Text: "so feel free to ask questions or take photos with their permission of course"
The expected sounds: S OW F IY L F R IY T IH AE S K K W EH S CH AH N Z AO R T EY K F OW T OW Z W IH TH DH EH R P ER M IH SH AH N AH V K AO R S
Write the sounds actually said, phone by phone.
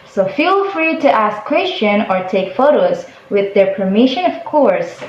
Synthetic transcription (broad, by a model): S OW F IY L F R IY T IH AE S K K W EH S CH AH N AO R T EY K F OW T OW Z W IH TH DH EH R P ER M IH SH AH N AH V K AO R S